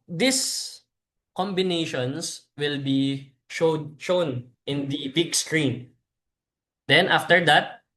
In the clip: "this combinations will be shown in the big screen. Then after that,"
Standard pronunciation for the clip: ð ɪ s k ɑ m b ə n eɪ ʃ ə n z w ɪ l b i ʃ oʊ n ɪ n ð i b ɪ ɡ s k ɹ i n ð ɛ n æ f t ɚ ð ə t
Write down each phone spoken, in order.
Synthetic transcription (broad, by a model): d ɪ s k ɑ m b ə n eɪ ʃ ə n s w ɪ l b i ʃ oʊ n ɪ n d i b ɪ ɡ s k ɹ i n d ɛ n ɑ f t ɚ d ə t